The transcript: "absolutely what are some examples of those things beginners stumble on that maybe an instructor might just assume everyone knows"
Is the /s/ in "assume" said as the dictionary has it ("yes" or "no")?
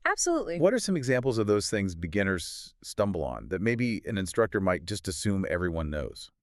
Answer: yes